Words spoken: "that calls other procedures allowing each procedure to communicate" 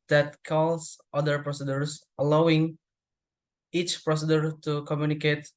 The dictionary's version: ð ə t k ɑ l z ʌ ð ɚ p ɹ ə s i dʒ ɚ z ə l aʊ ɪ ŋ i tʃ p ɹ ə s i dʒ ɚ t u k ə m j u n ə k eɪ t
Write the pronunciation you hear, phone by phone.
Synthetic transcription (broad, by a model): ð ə t k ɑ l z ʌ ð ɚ p ɹ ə s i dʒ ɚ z ə l aʊ ɪ ŋ i tʃ p ɹ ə s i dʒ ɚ t u k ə m j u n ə k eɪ t